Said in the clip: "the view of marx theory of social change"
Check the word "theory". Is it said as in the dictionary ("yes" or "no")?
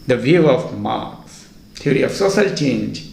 no